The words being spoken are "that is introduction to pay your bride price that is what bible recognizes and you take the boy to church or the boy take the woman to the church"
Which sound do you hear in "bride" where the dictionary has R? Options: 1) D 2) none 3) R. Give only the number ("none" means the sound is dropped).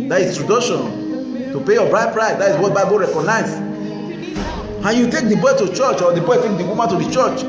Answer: 3